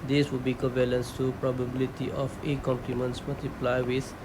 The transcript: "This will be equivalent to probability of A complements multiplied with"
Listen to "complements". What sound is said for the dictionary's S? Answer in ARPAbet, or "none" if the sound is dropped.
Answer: S